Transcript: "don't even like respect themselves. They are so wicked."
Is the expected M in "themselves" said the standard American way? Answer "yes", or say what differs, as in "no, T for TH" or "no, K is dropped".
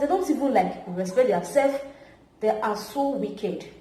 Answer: no, M is dropped